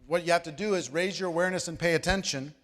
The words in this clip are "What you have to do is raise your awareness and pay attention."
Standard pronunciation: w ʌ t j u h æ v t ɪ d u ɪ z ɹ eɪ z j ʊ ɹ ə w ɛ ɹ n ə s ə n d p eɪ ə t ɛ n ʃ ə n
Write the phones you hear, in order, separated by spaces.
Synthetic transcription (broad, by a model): w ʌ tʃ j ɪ h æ f t ɪ d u ɪ z ɹ eɪ z j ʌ ɹ ə w ɛ ɹ n ə s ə n p eɪ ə t ɛ n ʃ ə n